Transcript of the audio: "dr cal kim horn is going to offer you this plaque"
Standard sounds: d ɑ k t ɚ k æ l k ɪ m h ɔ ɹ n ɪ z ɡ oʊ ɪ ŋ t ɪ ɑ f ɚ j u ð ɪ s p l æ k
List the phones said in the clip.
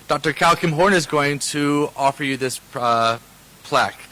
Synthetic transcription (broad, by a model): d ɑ k t ɚ k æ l k ɪ m h ɔ ɹ n ɪ z ɡ oʊ ɪ ŋ t ɪ ɑ f ɚ j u ð ɪ s p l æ k